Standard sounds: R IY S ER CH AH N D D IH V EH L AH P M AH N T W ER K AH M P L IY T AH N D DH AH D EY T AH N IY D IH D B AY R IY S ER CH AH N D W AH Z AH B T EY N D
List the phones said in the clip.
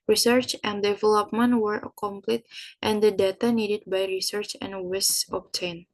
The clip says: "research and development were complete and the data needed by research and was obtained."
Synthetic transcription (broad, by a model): R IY S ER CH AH N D D IH V EH L AH P M AH N T W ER K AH M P L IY T AH N D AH D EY T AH N IY D IH D B AY R IY S ER CH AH N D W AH S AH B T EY N